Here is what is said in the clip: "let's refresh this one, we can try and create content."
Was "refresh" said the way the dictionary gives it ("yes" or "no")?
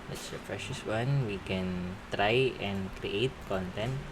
no